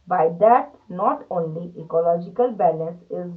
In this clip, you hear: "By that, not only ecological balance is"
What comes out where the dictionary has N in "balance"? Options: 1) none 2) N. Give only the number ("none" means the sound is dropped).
1